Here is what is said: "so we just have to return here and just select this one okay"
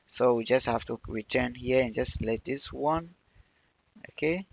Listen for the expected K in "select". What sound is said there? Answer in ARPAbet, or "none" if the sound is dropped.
none